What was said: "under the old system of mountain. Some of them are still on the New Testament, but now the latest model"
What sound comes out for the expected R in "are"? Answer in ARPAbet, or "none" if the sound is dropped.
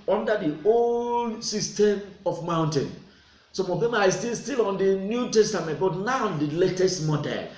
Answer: L